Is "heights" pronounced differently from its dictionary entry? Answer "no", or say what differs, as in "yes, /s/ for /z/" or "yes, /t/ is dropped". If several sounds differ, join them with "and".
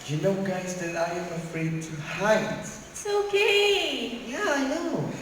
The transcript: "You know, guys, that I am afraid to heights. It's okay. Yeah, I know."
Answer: yes, /s/ is dropped